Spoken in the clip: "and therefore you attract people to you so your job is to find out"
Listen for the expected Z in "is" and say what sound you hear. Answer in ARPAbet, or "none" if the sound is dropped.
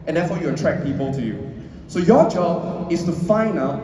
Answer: S